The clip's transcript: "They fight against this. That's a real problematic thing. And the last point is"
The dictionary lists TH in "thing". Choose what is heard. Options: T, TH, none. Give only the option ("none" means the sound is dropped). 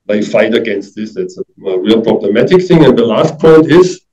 TH